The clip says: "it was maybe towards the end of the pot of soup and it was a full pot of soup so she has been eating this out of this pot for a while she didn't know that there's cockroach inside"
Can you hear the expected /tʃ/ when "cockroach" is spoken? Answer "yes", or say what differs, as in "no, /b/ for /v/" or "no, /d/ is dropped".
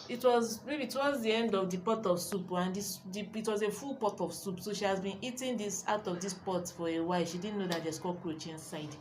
yes